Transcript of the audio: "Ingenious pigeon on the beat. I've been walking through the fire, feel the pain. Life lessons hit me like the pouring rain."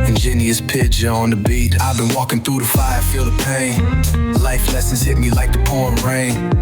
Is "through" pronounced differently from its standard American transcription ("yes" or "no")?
no